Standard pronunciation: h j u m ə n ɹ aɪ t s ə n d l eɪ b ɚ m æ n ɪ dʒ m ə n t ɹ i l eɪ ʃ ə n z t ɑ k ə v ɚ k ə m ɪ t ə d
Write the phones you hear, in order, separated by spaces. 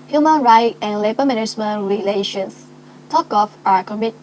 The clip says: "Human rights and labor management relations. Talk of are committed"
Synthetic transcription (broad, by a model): h j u m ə n ɹ aɪ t ə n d l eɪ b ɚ m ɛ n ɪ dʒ m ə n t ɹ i l eɪ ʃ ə n s t ɑ k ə f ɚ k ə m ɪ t